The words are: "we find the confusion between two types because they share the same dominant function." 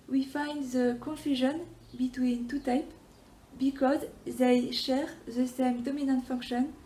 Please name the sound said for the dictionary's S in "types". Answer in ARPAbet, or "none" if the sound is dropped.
none